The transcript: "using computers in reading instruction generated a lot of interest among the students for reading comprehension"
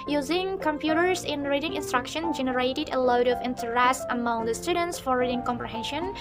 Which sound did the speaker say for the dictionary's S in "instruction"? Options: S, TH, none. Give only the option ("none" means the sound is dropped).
S